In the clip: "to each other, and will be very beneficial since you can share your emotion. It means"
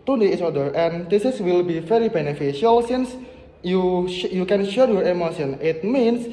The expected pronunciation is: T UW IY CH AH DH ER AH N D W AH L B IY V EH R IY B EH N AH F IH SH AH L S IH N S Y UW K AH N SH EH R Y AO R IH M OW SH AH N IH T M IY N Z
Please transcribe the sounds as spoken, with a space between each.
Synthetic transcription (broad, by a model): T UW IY S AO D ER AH N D W AH L B IY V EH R IY B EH N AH F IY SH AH L S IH N S Y UW K AH N SH EH R Y AO R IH M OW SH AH N IH T M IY N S